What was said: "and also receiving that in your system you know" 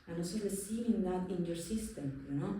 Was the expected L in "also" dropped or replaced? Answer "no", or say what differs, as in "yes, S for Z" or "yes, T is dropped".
yes, L is dropped